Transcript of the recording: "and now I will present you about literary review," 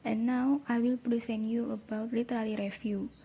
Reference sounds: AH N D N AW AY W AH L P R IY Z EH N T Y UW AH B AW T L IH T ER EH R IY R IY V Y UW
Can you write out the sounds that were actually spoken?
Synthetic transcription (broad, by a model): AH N N AW AY W AH L P R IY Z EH N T Y UW AH B AW T L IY T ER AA L IY R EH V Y UW